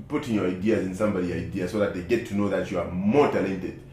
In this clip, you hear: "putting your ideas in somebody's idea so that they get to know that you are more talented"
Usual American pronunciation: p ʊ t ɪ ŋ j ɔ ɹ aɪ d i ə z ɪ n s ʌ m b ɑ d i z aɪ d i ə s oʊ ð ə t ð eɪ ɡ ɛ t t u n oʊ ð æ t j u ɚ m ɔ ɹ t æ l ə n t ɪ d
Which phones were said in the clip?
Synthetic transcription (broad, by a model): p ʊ t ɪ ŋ j ɔ ɹ aɪ d i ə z ɪ n s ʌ m b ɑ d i aɪ d i ə s oʊ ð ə t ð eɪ ɡ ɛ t t u n oʊ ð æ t j u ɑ m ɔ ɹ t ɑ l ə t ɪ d